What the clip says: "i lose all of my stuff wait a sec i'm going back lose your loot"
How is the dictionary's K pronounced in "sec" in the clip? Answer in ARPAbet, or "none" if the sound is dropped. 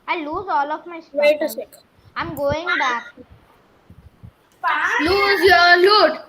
none